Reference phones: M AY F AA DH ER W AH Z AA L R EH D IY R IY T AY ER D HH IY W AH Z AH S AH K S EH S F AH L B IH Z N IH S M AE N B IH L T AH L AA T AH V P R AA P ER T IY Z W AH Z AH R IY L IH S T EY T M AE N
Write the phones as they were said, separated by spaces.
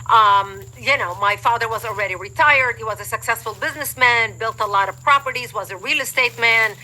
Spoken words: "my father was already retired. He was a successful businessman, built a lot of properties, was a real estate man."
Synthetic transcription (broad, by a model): M AY F AA DH ER W AH Z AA L R EH D IY R IY T AY ER D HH IY W AH Z AH S AH K S EH S F AH L B IH Z N IH S M AE N B IH L T AH L AA T AH V P R AA P ER T IY Z W AH Z AH R IY L IH S T EY T M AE N